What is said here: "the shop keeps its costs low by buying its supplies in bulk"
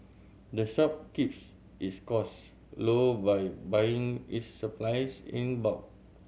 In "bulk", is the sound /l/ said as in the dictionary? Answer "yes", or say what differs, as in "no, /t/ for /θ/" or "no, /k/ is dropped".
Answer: no, /l/ is dropped